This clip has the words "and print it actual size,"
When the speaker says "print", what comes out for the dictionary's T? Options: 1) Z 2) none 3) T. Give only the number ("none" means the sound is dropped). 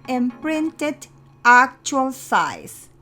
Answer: 3